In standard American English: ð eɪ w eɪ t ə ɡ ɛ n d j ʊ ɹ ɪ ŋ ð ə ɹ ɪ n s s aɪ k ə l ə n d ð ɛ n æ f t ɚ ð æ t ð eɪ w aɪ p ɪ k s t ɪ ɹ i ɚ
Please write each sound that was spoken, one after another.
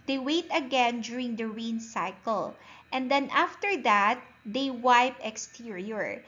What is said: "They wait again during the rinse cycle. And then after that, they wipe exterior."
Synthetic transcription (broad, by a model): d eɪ w eɪ t ə ɡ ɛ n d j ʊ ɹ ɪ ŋ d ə ɹ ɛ n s s aɪ k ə l ə n d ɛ n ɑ f t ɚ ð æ t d eɪ w aɪ p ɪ k s t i ɹ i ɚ